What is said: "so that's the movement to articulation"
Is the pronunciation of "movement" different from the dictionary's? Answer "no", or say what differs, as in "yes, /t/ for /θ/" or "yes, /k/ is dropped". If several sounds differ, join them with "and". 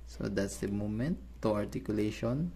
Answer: yes, /v/ is dropped